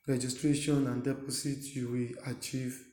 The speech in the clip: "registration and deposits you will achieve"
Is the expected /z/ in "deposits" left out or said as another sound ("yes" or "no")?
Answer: yes